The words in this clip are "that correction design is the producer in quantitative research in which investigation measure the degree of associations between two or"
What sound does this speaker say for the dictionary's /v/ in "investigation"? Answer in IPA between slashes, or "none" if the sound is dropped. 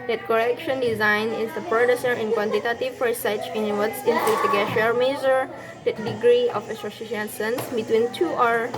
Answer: /p/